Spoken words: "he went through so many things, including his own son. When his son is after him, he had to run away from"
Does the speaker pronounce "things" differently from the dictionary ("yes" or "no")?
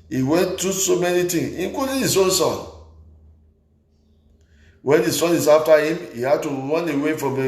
yes